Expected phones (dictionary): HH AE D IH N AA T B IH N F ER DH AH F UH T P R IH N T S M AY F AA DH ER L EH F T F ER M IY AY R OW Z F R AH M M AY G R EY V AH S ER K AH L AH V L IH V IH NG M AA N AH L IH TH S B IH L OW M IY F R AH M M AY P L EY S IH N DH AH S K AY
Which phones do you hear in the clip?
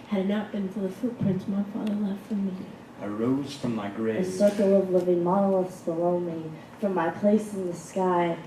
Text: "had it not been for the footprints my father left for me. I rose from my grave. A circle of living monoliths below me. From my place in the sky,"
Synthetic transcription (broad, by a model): HH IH D N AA T B IH N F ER DH AH F UH T P R IH N T S M AY F AA DH ER L EH F T F ER M IY AY R OW Z F R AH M M AY G R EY AH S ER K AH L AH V L IH V IH NG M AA L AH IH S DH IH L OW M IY F R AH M M AY P L EY S IH N DH AH S K AY